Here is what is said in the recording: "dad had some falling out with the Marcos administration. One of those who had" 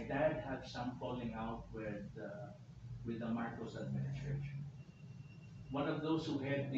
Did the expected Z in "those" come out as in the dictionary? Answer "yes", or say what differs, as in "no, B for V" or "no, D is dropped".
no, S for Z